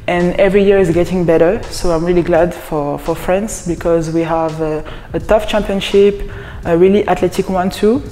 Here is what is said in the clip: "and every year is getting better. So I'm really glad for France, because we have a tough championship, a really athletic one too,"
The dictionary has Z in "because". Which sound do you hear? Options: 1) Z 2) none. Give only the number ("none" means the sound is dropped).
1